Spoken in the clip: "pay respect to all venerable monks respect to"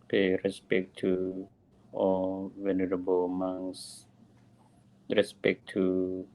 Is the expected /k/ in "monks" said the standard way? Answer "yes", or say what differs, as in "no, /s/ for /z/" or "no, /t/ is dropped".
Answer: no, /k/ is dropped